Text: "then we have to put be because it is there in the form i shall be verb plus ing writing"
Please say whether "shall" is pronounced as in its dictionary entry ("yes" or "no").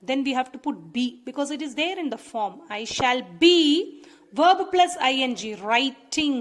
yes